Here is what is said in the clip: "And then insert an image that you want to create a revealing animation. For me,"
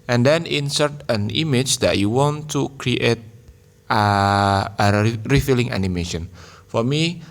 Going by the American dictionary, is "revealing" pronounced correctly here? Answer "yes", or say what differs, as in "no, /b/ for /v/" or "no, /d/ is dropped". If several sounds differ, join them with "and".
no, /f/ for /v/